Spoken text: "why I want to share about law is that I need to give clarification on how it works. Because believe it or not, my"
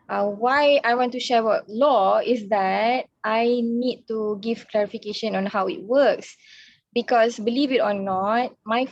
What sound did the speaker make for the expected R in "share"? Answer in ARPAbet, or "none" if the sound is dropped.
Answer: W